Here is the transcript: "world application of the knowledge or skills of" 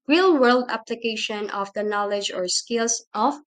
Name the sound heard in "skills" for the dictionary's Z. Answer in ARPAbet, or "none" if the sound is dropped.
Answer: S